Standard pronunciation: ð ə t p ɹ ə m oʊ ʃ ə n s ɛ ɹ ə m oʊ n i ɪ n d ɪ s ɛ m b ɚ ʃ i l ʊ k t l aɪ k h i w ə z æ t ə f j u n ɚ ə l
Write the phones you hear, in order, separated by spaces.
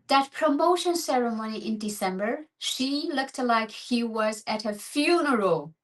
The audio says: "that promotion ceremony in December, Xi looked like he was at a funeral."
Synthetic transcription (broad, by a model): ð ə t p ɹ ə m oʊ ʃ ə n s ɛ ɹ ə m oʊ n i ɪ n d ɪ s ɛ m b ɚ ʃ i l ʊ k t l aɪ k h i w ə z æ t ə f j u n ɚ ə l